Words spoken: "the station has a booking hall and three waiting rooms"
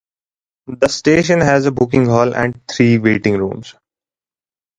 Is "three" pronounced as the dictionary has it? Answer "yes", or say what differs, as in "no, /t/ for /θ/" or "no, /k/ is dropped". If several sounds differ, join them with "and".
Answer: no, /t/ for /θ/